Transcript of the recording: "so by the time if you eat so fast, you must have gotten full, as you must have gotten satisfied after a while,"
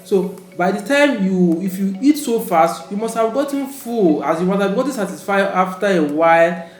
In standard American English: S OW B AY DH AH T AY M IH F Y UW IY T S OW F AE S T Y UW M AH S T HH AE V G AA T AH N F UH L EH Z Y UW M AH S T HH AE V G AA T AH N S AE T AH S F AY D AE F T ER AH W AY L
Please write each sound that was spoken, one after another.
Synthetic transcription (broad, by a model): S OW B AY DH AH T AY M IH F Y UW IY T S OW F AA S T Y UW M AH S T HH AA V G AA T AH N F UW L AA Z Y UW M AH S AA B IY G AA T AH S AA T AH S F AY AA F T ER AH W AY L